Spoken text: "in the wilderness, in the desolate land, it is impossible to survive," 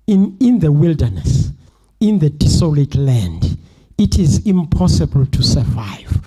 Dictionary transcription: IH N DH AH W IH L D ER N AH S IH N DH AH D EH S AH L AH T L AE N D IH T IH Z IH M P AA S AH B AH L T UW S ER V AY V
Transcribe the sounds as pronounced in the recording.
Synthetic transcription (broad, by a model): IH N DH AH W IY L D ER N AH S IH N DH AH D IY S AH L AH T L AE N D IH T IH Z IH M P AA S AH B AH L T UW S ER V AY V